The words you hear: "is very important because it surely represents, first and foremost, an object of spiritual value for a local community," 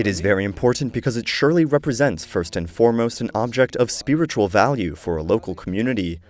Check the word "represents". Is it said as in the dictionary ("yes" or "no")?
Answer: yes